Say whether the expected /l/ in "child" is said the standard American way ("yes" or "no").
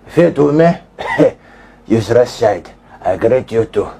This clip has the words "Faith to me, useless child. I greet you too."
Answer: no